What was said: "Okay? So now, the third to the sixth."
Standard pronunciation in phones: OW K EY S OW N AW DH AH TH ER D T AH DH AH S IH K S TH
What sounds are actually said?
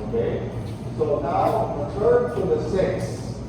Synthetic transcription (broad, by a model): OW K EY S OW N AW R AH T ER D T AH DH AH S IH K S